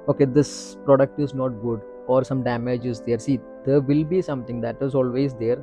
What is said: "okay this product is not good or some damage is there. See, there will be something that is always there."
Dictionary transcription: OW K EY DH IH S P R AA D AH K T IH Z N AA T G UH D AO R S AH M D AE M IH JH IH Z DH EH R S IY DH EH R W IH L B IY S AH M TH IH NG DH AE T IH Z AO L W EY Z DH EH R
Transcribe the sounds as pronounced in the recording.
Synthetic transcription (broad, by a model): OW K EY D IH S P R AA D AH K T IH Z N AA T G UH D AO R S AH M D AE M IH JH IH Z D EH R S IY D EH R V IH L B IY S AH M T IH NG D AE T IH Z AO L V EY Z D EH R